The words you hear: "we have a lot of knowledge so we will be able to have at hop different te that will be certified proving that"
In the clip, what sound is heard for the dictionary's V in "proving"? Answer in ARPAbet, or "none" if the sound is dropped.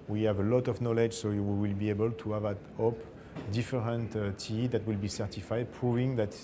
V